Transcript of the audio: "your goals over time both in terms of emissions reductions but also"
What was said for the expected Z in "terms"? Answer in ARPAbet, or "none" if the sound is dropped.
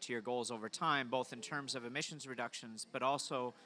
Z